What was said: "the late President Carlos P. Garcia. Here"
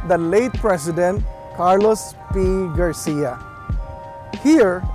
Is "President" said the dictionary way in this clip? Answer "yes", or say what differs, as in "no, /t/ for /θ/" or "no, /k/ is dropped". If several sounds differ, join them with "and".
no, /s/ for /z/